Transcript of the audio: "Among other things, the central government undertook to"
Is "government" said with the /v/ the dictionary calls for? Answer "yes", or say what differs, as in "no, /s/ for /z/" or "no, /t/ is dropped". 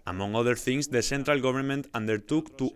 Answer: no, /b/ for /v/